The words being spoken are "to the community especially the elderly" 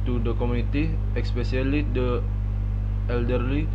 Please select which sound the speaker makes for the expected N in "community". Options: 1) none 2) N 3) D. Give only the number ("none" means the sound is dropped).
1